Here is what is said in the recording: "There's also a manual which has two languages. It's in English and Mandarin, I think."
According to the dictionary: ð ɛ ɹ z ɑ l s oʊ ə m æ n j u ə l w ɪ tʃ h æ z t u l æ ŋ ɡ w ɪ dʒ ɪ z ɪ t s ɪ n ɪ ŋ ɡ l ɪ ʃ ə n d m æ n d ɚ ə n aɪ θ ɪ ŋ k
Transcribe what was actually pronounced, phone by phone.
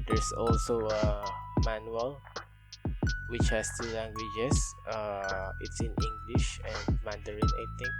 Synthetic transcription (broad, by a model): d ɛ ɹ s ɑ l s oʊ ə m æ n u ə l w ɪ tʃ h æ s t u l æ ŋ ɡ w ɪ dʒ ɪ s ɪ t s ɪ n ɪ ŋ ɡ l ɪ ʃ ə n d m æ n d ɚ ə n aɪ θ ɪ ŋ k